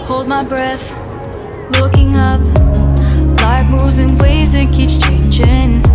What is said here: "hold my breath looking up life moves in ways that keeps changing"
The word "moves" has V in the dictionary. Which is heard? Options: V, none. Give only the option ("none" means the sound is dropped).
none